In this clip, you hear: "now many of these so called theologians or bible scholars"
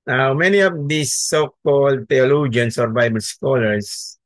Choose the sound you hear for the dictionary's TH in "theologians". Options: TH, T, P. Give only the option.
T